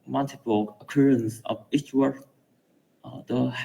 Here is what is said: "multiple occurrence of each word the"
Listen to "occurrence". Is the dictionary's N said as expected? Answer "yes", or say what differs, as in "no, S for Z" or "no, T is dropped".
yes